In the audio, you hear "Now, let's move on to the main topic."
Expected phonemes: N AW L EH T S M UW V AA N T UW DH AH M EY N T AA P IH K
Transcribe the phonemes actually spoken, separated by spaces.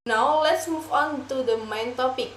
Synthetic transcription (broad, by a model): N AW L EH T S M UW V AA N T UW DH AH M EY N T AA P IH K